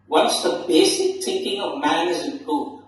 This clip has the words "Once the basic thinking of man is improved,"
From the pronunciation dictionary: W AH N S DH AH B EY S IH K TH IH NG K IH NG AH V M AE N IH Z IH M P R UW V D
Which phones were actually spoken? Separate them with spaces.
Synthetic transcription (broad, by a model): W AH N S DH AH B EY S IH K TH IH NG K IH NG AH V M AE N IH Z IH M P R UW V